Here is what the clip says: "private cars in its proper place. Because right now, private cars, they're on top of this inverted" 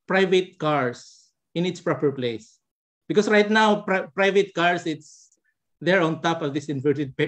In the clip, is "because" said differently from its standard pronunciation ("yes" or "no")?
yes